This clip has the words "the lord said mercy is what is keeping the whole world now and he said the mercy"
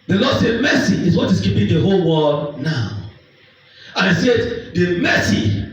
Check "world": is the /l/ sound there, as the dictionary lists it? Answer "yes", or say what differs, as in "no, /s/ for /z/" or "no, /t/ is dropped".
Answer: no, /l/ is dropped